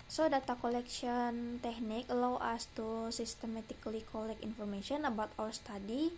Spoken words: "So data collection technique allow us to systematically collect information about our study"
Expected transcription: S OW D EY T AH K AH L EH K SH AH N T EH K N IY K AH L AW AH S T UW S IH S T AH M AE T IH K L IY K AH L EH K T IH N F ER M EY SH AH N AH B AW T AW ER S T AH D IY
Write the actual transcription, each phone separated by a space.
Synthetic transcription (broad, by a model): S OW D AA T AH K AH L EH K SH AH N T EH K N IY K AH L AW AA S T UW S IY S T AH M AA T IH K L IY K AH L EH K IH N F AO M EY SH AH N AH B AW T AW ER S T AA D IY